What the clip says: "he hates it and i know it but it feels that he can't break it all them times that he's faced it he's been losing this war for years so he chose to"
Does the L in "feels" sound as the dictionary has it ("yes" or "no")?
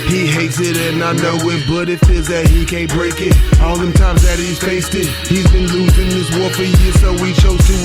no